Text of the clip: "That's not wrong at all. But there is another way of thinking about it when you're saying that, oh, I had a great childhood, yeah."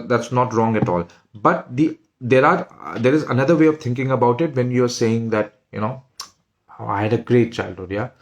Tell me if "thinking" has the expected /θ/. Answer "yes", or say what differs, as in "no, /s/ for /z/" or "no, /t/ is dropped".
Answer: no, /t/ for /θ/